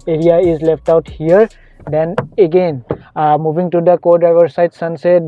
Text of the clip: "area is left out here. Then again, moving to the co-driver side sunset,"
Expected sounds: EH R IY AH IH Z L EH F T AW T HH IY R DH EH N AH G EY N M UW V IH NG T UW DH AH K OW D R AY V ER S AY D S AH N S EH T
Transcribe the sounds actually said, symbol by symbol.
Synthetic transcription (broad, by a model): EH R IY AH IH Z L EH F T AW T HH IY R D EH N AH G EY N M UW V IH NG T UW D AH K OW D AY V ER S AY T S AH N S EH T